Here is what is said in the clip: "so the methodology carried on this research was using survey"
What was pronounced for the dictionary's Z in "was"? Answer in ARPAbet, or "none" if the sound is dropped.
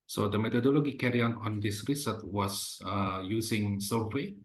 S